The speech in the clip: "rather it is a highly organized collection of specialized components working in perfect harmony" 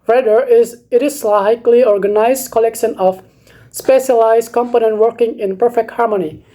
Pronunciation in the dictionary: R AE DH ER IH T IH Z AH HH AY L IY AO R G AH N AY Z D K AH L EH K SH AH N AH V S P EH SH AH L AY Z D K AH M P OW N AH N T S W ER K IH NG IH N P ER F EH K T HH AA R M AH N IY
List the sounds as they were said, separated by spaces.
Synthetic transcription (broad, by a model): R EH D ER IH T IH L AH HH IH L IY AO R G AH N AY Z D K AH L EH K SH AH N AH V S P EH SH AH L AY Z D K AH M P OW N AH N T W ER K IH NG IH N P ER F EH K T HH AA R M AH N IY